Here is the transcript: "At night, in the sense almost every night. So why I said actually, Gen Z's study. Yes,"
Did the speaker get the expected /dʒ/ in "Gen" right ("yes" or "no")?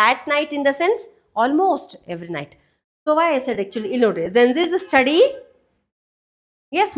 no